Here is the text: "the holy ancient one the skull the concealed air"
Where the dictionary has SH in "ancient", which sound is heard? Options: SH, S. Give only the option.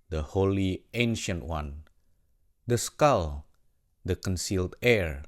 SH